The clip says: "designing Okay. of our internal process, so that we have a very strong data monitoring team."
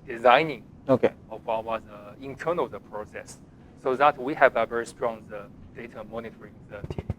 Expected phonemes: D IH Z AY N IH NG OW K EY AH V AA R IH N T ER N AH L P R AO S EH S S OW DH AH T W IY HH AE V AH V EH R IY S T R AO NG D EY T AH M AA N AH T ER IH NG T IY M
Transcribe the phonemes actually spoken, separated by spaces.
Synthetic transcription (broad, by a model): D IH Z AY N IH NG OW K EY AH W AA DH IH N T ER N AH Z P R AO S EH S S OW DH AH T W IY HH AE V AH V EH R IY S T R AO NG D EY T AH M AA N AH T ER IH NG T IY